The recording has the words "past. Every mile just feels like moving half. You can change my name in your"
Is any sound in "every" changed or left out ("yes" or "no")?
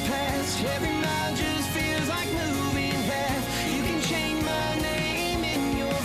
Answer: yes